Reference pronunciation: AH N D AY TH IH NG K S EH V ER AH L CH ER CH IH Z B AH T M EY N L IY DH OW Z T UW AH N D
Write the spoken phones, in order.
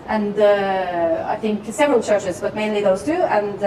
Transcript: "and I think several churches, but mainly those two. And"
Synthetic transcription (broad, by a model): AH N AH AY TH IH NG K S EH V ER AH L CH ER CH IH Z B AH T M EY N L IY DH OW Z T UW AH N